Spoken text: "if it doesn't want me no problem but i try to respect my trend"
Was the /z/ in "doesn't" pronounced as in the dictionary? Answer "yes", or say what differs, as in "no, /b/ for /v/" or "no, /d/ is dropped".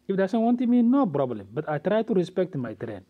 no, /s/ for /z/